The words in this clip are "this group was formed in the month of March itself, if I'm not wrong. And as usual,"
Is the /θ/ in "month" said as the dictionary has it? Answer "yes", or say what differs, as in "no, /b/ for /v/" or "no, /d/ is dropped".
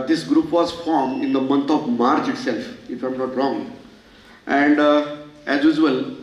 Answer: no, /t/ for /θ/